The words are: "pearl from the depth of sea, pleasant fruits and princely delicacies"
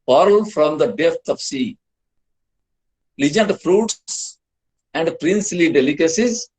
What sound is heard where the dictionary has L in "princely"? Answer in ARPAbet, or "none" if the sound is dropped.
L